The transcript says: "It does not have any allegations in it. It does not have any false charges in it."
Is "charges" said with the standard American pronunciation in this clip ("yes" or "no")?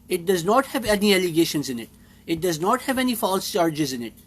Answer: yes